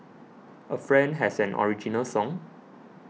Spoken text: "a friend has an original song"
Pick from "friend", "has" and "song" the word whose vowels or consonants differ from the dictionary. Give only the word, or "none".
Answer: has